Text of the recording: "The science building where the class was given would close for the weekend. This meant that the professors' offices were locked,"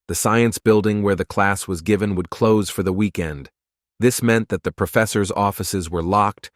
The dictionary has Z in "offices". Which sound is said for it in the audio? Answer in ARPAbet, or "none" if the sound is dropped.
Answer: Z